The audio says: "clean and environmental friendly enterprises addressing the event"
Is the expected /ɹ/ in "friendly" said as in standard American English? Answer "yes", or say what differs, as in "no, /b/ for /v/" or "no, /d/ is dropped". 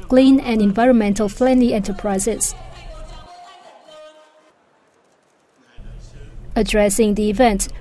no, /l/ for /ɹ/